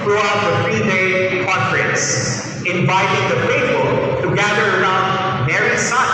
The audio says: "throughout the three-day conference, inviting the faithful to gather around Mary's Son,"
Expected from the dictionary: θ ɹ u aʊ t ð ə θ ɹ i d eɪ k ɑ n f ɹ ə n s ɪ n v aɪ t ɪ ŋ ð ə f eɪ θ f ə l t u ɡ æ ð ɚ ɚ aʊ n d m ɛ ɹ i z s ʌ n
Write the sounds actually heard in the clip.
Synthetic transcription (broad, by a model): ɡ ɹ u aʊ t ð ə f ɹ i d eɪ k ɑ n f ɹ ə n s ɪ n v aɪ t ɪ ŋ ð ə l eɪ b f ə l t u ɡ æ ð ɚ ɚ aʊ n d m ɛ ɹ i s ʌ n